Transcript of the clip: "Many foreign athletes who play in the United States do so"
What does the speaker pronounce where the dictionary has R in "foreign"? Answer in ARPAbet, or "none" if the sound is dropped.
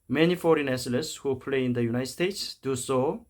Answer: R